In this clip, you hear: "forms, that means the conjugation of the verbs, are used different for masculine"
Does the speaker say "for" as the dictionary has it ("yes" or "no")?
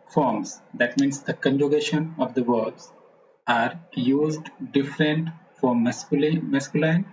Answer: no